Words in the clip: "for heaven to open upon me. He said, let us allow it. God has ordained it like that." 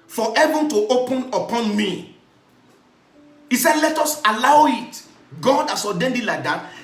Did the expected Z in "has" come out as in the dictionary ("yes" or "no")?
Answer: no